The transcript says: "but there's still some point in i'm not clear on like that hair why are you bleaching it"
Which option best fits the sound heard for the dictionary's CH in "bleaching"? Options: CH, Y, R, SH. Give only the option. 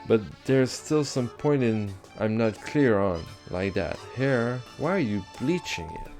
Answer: CH